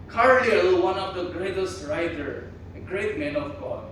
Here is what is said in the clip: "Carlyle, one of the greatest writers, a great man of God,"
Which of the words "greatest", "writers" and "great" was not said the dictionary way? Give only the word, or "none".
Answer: writers